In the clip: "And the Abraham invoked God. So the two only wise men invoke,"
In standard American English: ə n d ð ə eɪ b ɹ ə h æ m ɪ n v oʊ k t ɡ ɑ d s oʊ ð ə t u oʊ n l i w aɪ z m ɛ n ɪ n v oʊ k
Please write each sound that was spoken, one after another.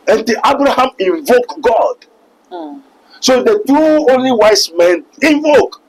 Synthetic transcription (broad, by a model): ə n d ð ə b ɹ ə h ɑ m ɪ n v oʊ k ɡ ɑ d s oʊ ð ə t u oʊ n l i w aɪ s m ɛ n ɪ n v oʊ k